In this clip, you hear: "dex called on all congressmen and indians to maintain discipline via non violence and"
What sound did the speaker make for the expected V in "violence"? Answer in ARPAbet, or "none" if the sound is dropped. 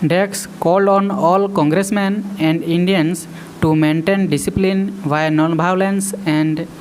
B